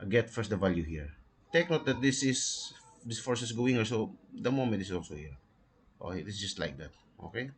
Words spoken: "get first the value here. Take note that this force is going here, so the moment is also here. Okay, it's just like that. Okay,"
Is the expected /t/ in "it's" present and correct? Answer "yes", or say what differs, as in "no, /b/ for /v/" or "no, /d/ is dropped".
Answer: no, /s/ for /t/